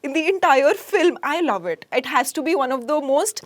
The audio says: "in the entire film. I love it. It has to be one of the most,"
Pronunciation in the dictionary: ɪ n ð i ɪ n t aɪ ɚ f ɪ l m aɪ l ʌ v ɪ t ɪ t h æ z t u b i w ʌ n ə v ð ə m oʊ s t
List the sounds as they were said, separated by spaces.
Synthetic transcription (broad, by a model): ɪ n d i ɪ n t aɪ ɚ f ɪ l m aɪ l ʌ v ɪ t ɪ t h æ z t u b i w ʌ n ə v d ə m oʊ s t